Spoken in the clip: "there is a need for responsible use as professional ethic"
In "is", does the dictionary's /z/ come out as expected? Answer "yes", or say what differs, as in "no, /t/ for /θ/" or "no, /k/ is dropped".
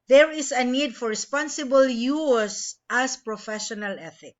no, /s/ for /z/